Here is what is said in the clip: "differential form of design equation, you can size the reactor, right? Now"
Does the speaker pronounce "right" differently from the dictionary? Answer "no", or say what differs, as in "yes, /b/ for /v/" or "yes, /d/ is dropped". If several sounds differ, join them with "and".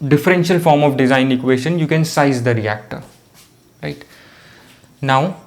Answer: no